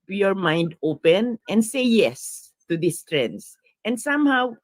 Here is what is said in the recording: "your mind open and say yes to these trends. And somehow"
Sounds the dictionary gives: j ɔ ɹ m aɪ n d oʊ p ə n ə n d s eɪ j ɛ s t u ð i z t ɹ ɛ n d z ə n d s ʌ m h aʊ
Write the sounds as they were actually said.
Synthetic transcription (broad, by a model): j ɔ ɹ m aɪ n d oʊ p ə n ə n d s eɪ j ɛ s t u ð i s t ɹ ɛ n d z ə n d s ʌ m h aʊ